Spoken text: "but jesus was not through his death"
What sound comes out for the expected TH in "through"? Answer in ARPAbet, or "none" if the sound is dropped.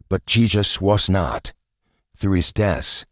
TH